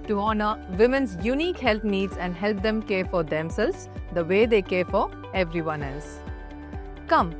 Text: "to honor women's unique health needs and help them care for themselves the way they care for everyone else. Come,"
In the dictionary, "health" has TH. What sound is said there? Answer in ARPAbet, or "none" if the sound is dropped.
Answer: T